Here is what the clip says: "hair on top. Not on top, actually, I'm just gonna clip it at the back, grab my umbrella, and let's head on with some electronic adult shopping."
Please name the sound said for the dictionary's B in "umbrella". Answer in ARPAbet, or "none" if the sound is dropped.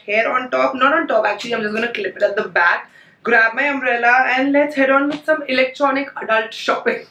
none